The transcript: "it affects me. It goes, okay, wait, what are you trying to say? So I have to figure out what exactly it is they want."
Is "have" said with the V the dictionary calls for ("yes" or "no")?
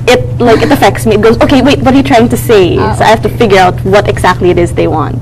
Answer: no